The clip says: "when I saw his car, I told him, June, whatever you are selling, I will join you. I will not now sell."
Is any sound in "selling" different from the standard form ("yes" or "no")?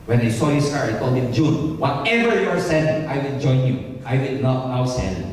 yes